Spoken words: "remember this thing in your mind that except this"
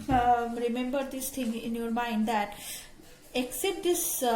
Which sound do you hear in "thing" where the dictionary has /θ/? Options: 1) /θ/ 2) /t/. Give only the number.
2